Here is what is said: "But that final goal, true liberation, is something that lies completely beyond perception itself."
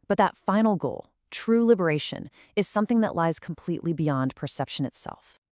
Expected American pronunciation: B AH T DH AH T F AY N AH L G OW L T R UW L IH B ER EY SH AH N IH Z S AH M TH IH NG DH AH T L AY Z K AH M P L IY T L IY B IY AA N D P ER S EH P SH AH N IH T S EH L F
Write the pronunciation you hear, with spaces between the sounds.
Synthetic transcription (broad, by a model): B AH T DH AH T F AY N L G OW L T R UW L IH B ER EY SH AH N IH Z S AH M TH IH NG DH AH T L AY Z K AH M P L IY T L IY B IY AA N P ER S EH P SH AH N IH T S EH L F